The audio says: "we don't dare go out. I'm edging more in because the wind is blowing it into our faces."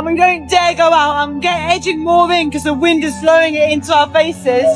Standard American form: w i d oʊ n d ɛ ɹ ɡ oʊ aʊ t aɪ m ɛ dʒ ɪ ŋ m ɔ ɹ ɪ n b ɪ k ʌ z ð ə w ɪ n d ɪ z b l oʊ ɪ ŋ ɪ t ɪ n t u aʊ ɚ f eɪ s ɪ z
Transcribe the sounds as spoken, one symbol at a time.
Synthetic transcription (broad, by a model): w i d oʊ n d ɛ ɡ oʊ aʊ t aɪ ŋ ɛ dʒ ɪ ŋ m ɔ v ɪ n k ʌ z ð ə w ɪ n d ɪ z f l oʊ ɪ ŋ ɪ t ɪ n t u aʊ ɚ f eɪ s ɪ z